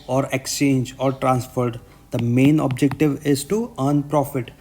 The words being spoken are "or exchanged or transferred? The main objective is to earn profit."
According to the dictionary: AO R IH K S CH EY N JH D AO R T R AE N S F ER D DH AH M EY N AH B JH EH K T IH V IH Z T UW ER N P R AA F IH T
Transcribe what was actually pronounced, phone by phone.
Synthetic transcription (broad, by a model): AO R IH K S CH EY N JH AO R T R AE N S F ER D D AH M EY N AH B JH EH K T IH V IH Z T UW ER N P R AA F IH T